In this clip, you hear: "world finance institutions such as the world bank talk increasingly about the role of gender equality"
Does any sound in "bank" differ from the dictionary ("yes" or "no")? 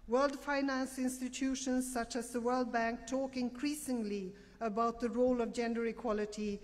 no